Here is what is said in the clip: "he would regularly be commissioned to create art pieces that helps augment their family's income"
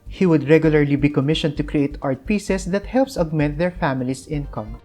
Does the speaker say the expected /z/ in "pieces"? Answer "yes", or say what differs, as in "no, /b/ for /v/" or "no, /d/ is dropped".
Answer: no, /s/ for /z/